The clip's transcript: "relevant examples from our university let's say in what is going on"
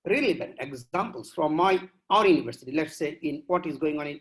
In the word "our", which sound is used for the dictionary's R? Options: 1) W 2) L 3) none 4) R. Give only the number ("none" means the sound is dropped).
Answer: 4